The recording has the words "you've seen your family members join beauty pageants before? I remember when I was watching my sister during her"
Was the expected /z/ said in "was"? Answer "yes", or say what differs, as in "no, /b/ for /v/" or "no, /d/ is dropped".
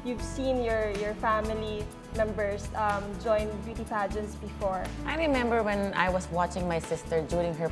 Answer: no, /s/ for /z/